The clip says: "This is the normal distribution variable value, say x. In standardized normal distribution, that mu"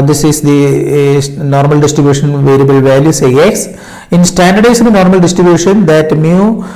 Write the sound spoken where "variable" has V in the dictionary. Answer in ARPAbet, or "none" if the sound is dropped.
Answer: V